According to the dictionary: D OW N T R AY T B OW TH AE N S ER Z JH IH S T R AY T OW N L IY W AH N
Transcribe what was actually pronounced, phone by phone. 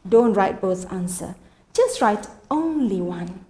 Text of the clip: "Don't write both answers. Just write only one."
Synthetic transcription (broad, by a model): D OW N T R AY T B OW S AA N S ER JH IH S T R AY T OW N L IY W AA N